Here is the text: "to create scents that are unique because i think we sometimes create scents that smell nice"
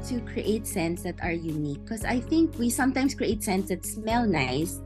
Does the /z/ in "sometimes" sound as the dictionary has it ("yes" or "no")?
no